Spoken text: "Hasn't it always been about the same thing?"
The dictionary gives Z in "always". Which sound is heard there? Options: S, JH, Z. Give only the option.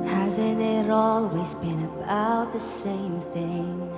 Z